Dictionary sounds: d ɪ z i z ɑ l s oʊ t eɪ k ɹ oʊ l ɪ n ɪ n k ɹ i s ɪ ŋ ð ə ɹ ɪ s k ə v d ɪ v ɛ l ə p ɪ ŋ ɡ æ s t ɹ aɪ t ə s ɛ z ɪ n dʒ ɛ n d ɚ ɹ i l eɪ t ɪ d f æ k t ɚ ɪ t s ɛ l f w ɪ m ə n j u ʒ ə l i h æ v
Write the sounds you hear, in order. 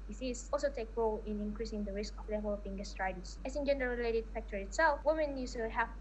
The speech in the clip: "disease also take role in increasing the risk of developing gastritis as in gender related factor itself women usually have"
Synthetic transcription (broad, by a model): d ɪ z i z ɑ l s oʊ t eɪ k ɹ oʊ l ɪ n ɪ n k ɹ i s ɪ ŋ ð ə ɹ ɪ s k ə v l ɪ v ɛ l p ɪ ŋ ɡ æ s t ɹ aɪ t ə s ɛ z ɪ n dʒ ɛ n d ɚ ɹ i l eɪ t ɪ d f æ k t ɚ ɪ t s ɛ l f w ɪ m ə n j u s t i h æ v